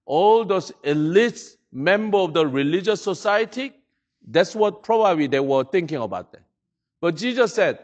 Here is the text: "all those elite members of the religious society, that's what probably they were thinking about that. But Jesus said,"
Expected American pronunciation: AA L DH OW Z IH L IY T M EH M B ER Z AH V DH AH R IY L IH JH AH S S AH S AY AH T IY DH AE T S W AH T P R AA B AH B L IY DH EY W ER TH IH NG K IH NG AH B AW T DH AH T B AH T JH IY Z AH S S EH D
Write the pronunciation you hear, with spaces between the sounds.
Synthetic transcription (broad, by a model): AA L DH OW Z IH L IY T M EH M B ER AH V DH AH R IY L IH JH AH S S AH S AY AH T IY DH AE T S W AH T P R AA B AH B L IY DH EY W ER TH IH NG K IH NG AH B AW T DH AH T B AH T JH IY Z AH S S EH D